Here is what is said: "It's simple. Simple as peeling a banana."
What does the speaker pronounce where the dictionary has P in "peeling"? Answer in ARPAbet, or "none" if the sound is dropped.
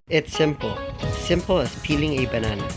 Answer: P